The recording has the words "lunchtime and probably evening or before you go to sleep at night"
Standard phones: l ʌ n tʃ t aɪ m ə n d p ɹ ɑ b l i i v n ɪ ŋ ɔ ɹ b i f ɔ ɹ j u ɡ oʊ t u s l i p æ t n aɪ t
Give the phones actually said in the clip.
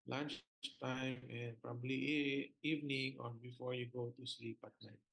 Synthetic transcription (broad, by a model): l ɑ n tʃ t aɪ m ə n p ɹ ɑ b l i i v n ɪ ŋ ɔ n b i f ɔ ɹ j u ɡ oʊ t u s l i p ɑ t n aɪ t